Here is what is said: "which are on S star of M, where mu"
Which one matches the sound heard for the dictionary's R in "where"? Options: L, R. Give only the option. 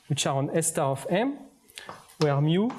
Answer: R